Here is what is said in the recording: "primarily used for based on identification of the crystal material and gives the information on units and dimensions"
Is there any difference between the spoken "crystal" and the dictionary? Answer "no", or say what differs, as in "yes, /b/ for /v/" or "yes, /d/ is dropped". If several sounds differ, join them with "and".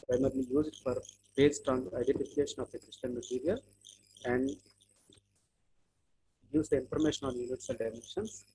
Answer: yes, /n/ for /l/